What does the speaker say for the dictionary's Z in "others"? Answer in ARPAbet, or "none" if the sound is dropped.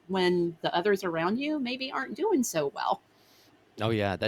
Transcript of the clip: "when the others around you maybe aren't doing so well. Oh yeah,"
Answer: Z